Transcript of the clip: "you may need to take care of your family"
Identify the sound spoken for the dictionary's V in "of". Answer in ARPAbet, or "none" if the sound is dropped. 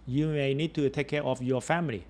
F